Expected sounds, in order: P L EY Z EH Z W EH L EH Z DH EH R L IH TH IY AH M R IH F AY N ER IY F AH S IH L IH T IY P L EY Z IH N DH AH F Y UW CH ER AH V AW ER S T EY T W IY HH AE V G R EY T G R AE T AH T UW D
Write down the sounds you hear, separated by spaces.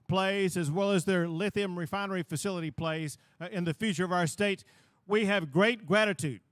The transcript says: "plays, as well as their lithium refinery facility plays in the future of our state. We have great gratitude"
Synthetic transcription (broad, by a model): P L EY Z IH Z W EH L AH Z DH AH R L IH TH IY AH M R IH F AY N ER IY F AH S IH L IH T IY P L EY Z IH N DH AH F Y UW CH ER AH V AW ER S T EY T W IY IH V G R EY T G R AE T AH T UW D